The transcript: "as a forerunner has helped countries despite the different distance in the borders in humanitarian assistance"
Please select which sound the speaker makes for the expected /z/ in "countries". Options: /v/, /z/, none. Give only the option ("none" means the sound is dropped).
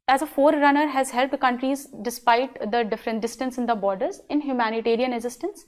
/z/